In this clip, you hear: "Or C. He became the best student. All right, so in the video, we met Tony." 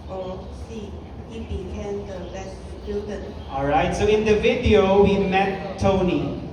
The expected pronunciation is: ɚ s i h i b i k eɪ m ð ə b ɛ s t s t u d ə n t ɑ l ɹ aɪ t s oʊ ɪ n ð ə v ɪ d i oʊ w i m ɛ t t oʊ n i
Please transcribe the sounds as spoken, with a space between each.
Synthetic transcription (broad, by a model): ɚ s i h i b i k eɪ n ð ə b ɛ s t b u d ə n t ɑ l ɹ aɪ t s oʊ ɪ n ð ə v ɪ d i oʊ w i m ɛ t t oʊ n i